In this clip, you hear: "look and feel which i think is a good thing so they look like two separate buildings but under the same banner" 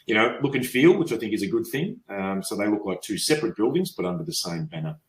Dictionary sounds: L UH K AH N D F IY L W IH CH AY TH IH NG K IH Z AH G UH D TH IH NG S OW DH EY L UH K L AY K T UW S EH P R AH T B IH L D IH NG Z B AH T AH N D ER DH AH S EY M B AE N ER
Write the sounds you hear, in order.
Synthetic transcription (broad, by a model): L UH K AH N F IY L W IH CH AY TH IH NG K IH Z AH G UH D TH IH NG S OW DH EY L UH K L AY K T UW S EH P R AH T B IH L D IH NG Z B AH T AH N D ER DH AH S EY M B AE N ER